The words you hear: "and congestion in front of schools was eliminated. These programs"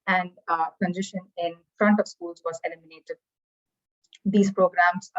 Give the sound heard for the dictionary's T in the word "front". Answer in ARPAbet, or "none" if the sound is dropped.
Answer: T